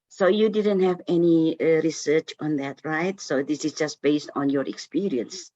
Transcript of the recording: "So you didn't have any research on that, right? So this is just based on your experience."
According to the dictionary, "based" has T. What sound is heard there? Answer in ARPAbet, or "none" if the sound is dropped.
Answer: T